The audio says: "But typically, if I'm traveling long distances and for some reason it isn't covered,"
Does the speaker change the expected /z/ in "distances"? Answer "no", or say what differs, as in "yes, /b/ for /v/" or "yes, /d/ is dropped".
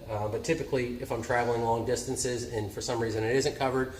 no